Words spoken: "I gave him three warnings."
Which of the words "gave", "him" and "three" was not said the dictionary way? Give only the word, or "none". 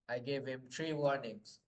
three